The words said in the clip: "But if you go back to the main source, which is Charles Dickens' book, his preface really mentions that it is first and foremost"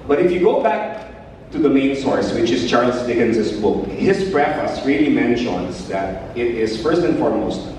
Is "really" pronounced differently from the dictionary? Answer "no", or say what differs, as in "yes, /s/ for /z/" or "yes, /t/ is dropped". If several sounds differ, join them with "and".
no